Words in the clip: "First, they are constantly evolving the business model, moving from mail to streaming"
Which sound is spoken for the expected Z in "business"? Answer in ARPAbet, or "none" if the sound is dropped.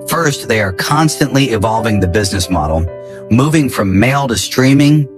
Z